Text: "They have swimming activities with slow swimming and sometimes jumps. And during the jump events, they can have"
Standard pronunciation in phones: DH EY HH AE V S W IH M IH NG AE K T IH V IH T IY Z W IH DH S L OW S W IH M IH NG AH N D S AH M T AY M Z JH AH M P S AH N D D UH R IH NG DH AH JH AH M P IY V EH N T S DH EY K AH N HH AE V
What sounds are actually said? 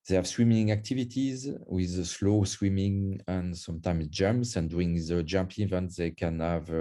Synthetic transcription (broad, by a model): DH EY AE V S W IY M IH NG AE K T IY V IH T IY Z W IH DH S L OW S W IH M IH NG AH N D S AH M T AY M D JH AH M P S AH N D D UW IH NG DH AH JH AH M P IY V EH N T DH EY K AH N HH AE V